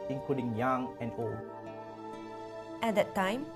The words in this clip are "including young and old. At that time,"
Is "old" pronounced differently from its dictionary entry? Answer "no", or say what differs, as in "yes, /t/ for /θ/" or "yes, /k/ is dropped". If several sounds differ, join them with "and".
yes, /d/ is dropped